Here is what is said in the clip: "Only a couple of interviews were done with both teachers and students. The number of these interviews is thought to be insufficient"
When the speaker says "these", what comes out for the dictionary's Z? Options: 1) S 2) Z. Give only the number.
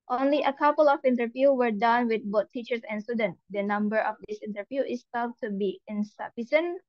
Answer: 1